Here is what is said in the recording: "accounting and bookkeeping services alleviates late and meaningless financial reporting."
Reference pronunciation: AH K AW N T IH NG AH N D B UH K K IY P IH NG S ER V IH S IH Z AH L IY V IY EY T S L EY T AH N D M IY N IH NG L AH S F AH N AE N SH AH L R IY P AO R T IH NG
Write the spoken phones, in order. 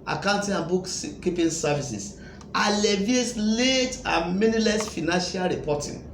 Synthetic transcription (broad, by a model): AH K AW N T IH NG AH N B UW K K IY P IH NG S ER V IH S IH S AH L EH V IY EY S L EY T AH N M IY N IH L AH S F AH N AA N SH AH L R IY P AO T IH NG